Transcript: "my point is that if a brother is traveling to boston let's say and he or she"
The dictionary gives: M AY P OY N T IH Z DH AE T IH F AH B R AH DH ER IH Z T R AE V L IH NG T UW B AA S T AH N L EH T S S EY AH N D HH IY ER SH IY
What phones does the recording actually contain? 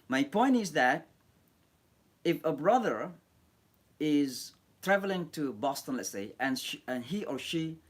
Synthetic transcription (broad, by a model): M AY P OY N T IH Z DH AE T IH F AH B R AH DH ER IH Z T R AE V L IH NG T UW B AA S T AH N L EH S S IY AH N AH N IY ER SH IY